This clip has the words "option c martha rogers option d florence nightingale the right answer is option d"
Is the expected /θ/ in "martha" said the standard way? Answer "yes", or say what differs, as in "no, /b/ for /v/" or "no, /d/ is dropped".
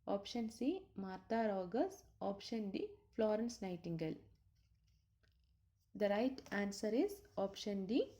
no, /t/ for /θ/